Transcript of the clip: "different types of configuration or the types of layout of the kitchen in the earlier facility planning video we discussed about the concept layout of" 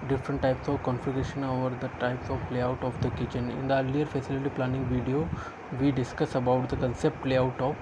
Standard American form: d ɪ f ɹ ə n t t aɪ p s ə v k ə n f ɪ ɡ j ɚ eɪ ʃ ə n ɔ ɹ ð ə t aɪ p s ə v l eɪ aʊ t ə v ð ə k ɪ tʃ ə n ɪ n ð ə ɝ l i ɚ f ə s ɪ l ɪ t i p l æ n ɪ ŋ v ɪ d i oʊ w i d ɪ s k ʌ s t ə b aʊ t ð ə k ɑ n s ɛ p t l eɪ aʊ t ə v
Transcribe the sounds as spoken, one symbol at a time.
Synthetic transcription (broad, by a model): d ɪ f ɹ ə n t t aɪ p s ə v k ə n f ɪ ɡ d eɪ ʃ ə n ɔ ɹ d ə t aɪ p s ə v l eɪ aʊ t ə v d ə k ɪ tʃ ə n ɪ n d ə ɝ l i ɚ f ə s ɪ l ɪ t i p l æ n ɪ ŋ v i d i oʊ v i d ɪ s k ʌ s ə b aʊ t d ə k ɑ n s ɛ p t l eɪ aʊ t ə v